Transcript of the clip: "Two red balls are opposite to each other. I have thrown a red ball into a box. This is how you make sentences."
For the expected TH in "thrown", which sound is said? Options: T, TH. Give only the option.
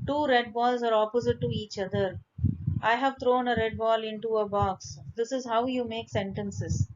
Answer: T